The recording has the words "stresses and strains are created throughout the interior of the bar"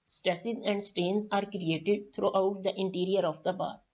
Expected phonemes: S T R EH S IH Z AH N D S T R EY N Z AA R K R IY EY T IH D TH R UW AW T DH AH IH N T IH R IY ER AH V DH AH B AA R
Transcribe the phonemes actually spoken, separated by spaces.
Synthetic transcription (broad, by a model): S T R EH S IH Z AH N D S T EY N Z AA R K R IY EY T IH D T R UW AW T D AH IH N T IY R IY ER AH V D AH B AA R